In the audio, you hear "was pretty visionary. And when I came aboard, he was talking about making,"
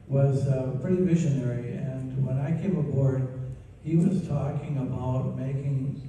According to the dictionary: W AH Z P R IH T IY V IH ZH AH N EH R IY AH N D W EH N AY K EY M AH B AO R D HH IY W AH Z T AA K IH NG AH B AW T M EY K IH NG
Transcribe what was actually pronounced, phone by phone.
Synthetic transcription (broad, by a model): W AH Z P R IH T IY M IH SH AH N EH R IY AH N W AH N AY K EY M AH B AO R D HH IY W AH Z T AA K IH NG AH B AW T M EY K IH NG